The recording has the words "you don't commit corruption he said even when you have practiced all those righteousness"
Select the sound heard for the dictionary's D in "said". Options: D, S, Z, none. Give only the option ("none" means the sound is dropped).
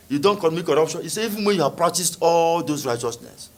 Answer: none